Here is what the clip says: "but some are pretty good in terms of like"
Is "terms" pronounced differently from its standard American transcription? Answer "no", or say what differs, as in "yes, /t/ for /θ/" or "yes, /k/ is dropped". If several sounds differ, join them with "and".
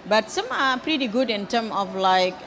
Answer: yes, /z/ is dropped